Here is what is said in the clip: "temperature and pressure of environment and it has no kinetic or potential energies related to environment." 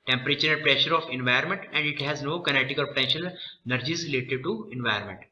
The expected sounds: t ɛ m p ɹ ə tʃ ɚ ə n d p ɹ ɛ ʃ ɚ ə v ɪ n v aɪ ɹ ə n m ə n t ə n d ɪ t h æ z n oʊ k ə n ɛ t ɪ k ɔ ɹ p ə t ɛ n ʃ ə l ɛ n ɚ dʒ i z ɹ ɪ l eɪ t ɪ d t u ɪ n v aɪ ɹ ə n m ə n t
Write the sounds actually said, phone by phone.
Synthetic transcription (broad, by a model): t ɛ m p ɹ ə tʃ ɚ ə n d p ɹ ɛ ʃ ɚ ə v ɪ n v aɪ ə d m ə n t ə n d ɪ t h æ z n oʊ k ə n ɛ t ɪ k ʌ l p ə t ɛ n ʃ ə l n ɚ dʒ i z ɹ ɪ l eɪ t ɪ d t u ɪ n v aɪ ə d m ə n t